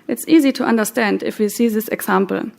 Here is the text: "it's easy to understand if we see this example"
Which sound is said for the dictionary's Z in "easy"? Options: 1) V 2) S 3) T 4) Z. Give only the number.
4